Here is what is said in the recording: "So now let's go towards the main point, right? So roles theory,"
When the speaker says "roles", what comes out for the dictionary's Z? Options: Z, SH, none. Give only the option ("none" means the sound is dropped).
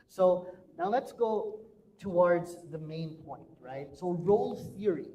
none